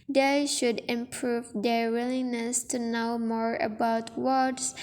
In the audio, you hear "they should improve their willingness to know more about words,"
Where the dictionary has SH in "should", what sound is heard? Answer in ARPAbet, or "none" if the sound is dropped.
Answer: SH